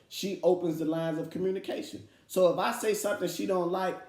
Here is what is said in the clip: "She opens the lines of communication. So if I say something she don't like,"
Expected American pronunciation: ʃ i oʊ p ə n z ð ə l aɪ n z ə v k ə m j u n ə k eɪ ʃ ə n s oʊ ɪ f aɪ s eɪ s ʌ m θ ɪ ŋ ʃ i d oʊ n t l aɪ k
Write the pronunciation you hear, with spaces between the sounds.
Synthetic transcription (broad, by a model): ʃ i oʊ p ə n z ð ə l aɪ n z ə v k ə m j u n ə k eɪ ʃ ə n s oʊ ɪ f aɪ s eɪ s ʌ m θ ɪ ŋ ʃ i d oʊ n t l aɪ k